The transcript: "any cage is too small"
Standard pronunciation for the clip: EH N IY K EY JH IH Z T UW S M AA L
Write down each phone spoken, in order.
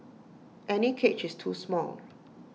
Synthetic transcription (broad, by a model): EH N IY K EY CH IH S T UW S M AA L